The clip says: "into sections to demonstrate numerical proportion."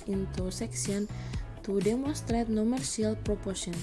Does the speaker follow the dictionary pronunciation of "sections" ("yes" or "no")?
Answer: no